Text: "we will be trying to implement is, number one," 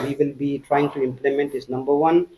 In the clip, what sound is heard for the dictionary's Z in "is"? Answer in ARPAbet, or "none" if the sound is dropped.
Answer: S